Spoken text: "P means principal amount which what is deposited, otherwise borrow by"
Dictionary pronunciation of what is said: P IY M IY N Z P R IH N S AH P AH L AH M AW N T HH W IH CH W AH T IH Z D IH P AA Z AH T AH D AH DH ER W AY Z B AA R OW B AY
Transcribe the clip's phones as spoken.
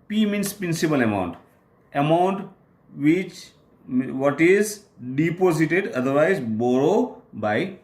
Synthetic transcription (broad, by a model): P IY M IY N S P R IH N S AH P AH L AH M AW N T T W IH CH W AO T IH Z D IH P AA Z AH T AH D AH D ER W AY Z B AA R OW B AY